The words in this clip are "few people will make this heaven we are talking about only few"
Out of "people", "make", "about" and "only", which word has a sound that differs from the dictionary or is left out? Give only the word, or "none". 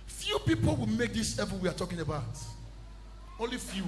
none